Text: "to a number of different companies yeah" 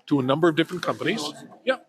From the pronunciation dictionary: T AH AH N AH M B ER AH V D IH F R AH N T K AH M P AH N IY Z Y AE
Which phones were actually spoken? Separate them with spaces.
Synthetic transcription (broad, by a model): T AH AH N AH M B ER AH V D IH F R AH N K AH M P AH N IY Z Y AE